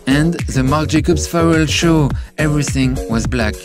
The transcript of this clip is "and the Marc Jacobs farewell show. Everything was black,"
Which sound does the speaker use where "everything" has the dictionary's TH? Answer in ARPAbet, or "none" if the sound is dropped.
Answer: TH